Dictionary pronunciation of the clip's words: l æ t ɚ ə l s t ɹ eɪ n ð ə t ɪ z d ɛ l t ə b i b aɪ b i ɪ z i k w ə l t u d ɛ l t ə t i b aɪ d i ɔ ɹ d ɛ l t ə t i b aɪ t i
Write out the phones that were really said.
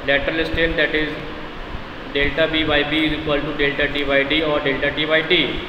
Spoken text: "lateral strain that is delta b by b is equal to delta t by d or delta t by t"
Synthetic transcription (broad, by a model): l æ t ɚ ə l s t eɪ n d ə t ɪ z d ɛ l t ə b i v aɪ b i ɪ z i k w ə l t u d ɛ l t ə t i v aɪ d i ɔ ɹ d ɛ l t ə t i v aɪ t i